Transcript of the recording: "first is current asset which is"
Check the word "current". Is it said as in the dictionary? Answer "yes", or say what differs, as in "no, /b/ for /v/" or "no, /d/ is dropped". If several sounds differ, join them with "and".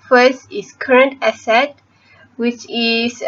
yes